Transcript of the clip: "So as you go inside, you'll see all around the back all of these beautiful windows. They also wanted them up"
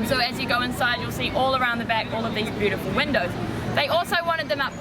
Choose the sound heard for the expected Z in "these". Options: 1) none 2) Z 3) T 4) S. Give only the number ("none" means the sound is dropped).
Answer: 2